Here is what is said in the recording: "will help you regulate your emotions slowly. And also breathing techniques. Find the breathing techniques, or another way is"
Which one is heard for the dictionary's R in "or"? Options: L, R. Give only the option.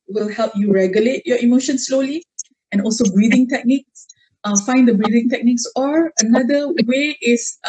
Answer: R